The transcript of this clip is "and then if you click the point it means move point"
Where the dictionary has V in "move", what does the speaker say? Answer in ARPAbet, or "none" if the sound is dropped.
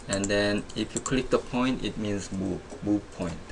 B